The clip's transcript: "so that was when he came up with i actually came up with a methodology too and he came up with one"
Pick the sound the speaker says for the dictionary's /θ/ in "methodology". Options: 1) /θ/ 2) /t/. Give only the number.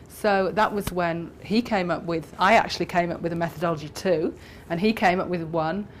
1